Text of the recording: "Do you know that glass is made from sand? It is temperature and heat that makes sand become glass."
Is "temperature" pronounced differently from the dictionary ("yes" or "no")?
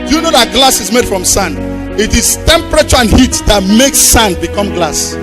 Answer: no